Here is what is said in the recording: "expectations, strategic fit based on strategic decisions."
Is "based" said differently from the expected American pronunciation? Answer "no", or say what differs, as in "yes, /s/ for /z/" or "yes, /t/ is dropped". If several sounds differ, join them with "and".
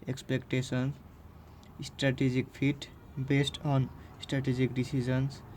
no